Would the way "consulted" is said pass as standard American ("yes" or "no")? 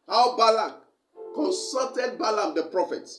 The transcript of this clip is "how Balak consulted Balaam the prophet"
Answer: no